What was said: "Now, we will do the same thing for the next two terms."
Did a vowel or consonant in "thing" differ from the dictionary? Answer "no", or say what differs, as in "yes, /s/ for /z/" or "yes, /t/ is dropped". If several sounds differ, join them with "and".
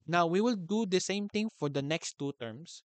yes, /t/ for /θ/